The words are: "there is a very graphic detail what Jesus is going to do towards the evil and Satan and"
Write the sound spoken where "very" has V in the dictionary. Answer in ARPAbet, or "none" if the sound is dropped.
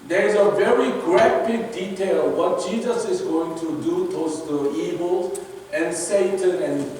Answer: V